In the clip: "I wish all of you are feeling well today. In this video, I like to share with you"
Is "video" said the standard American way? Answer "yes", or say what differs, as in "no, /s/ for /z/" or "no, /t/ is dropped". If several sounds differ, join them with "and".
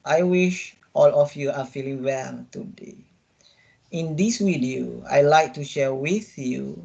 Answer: no, /w/ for /v/